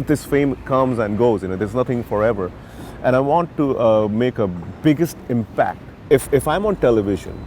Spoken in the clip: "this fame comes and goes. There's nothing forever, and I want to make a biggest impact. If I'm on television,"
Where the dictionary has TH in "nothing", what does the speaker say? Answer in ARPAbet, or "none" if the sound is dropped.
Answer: T